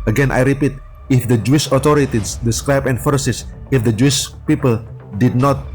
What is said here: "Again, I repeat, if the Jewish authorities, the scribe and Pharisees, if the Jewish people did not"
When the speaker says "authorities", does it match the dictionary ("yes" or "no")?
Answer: no